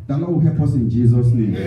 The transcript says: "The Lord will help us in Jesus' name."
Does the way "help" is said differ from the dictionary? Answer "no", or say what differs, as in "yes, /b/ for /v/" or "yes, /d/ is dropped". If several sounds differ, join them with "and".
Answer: yes, /l/ is dropped